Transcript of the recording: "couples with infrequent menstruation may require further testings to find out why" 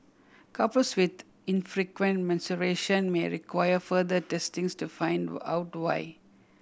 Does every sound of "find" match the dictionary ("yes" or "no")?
yes